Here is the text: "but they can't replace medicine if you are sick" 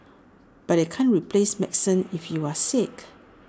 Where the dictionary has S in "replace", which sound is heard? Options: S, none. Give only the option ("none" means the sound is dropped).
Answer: S